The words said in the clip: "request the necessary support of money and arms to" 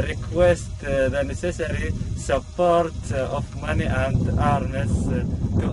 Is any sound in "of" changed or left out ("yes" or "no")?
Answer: yes